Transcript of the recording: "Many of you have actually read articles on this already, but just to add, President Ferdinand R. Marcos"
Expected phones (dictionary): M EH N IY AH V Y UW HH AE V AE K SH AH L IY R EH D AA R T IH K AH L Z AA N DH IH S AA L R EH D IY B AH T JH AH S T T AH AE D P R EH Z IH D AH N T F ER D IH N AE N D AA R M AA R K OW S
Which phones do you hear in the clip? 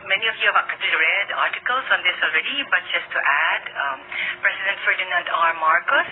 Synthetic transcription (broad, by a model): M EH N IY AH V Y UW HH AE V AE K AH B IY R EH D AA R T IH K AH L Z AA N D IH S AA L R EH D IY B AH T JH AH S T T AE D P R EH S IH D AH N T F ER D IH N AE N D AA R M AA R K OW S